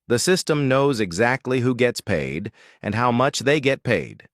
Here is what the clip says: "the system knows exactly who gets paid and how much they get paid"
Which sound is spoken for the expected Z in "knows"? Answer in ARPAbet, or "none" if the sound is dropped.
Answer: Z